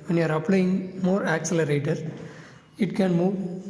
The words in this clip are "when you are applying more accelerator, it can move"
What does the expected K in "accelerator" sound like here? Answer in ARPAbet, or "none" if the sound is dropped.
K